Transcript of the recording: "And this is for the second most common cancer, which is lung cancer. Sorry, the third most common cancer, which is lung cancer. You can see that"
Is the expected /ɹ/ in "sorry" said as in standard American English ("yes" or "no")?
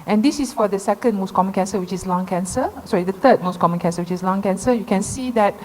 no